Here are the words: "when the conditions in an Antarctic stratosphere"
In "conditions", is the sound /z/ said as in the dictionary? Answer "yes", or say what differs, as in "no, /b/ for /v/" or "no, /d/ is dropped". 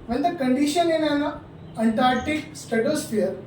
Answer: no, /z/ is dropped